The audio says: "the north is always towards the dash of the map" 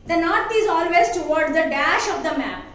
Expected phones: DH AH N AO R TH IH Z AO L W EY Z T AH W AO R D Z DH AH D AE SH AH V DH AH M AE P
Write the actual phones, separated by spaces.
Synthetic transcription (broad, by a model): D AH N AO R T IH Z AO L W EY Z T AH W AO R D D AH D AE SH AH V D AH M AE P